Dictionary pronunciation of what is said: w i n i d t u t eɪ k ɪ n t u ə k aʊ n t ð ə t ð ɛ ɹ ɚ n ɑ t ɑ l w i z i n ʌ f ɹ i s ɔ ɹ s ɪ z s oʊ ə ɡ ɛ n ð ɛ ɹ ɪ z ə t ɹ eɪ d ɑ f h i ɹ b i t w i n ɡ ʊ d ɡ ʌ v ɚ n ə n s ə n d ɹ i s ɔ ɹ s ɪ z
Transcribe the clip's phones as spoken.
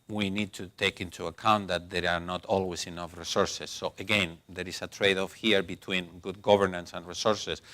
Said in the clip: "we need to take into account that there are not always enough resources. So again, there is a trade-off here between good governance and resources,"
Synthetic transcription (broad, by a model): w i n i d t u t eɪ k ɪ n t u ə k aʊ n t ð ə t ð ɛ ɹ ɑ n ɑ t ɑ l w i s i n ʌ f ɹ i s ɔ ɹ s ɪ s oʊ ə ɡ ɛ n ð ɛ ɹ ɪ s ə t ɹ eɪ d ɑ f h i ɹ b i t w i n ɡ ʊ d ɡ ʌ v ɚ n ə n s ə n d ɹ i s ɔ ɹ s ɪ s